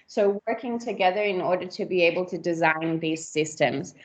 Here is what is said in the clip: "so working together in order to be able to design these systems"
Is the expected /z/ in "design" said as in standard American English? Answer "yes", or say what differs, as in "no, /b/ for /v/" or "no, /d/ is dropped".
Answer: yes